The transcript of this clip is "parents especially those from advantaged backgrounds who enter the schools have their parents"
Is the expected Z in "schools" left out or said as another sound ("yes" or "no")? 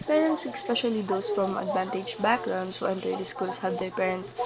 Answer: yes